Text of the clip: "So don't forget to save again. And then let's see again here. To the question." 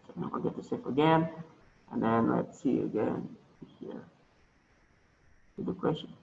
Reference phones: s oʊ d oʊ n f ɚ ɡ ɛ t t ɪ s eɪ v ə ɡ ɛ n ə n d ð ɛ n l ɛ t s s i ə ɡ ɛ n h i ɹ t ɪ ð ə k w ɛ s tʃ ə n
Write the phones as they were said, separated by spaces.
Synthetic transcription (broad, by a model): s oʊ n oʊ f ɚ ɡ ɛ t t ɪ s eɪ f ə ɡ ɛ n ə n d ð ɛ n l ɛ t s s i ə ɡ ɛ n h i ɹ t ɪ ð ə k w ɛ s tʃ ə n